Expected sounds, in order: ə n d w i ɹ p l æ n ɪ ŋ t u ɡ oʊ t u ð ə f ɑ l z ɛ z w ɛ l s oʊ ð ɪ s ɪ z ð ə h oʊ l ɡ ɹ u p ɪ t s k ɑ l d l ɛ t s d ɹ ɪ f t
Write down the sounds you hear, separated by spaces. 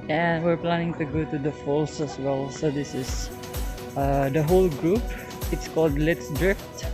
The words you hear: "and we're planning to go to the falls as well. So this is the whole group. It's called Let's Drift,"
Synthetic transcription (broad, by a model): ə n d w i ɹ p l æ n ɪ ŋ t u ɡ oʊ t u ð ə f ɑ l s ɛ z w ɛ l s oʊ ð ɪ s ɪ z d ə h oʊ l ɡ ɹ u p ɪ t s k ɑ l d l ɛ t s d ɹ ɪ f t